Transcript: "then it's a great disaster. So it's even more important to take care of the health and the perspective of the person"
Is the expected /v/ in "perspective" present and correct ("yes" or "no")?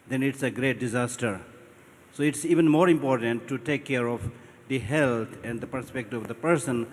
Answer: no